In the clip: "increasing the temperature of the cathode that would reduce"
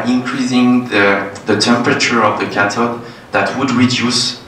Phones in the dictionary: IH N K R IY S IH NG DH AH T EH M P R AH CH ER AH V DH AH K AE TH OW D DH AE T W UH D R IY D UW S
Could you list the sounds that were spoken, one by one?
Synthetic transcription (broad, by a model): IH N K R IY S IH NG DH AH T EH M P R AH CH ER AH V DH AH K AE T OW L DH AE T W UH D R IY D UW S